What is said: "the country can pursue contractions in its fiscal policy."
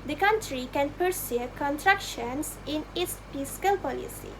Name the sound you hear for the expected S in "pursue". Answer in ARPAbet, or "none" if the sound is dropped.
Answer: S